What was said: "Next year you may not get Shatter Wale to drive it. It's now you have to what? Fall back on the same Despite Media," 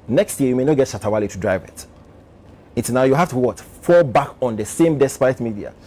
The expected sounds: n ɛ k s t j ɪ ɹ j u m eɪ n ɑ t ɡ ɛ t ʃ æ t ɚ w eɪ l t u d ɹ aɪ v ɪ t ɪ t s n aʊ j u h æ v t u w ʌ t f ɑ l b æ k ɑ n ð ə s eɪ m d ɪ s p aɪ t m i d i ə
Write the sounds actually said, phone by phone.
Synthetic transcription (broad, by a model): n ɛ k s t j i j u m eɪ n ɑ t ɡ ɛ t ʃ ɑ t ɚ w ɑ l t u d ɹ aɪ v ɪ t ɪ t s n aʊ j u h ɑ f t u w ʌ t f ɑ l b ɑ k ɑ n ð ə s eɪ m d ɪ s p aɪ t m i d i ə